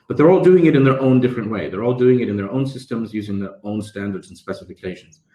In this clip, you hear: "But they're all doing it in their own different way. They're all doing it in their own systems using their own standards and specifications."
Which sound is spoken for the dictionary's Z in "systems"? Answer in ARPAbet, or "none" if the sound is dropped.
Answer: Z